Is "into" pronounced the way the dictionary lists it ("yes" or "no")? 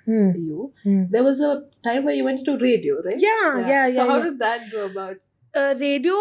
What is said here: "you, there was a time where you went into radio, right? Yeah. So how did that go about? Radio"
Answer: no